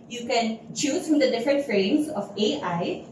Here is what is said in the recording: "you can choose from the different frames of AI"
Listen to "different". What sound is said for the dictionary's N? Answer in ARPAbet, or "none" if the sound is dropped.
N